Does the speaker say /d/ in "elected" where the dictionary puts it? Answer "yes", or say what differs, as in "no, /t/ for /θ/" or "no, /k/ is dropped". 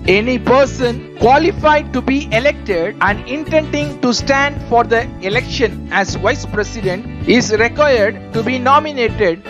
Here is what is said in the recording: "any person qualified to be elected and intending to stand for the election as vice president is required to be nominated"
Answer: yes